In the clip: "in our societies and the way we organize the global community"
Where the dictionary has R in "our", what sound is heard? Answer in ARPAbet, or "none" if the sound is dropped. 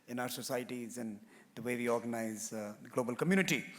R